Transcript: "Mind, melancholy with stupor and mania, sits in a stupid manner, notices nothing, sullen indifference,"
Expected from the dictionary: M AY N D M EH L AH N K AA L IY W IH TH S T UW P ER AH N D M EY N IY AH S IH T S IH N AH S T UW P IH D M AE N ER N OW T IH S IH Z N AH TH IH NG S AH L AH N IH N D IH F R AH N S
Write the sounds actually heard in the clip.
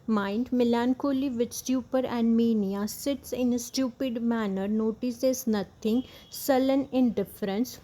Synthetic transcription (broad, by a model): M AY N D M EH L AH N K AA L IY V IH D S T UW P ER AH N D M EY N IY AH S IH T S IH N S T UW P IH D M AE N ER N OW T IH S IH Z N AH T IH NG S AH L AH N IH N D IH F R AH N S